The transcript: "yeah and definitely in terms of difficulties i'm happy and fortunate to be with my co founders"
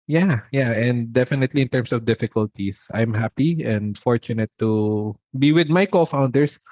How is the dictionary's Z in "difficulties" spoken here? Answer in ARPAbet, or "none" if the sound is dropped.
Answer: S